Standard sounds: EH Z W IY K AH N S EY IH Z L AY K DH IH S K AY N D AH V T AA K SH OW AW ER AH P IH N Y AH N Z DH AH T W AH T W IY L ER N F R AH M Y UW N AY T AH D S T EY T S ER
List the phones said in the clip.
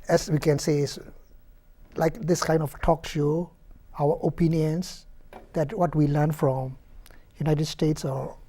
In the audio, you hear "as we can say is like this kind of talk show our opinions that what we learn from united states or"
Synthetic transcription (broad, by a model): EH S W IY K AH N S EY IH S L AY K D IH S K AY N D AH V T AA K SH OW AW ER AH P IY N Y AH N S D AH T W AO T W IY L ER N F R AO M Y UW N AY T AH D S T EY T S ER